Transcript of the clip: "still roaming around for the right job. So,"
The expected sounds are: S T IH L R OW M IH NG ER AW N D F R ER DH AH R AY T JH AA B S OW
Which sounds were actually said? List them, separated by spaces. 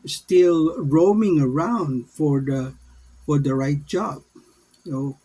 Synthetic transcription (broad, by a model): S T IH L R OW M IH NG ER AW N D F R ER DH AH R AY T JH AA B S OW